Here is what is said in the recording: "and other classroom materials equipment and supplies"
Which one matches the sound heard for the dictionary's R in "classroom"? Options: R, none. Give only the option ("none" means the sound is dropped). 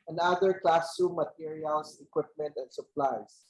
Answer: none